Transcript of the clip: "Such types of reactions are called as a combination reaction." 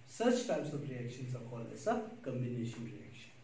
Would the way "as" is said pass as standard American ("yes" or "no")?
no